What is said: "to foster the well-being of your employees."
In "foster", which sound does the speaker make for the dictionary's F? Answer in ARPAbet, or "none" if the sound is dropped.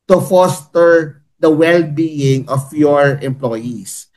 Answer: F